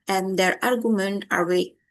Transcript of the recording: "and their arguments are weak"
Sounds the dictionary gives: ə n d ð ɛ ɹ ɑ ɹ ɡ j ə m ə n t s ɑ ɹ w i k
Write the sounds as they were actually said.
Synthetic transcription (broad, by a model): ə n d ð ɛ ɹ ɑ ɹ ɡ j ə m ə n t ɑ ɹ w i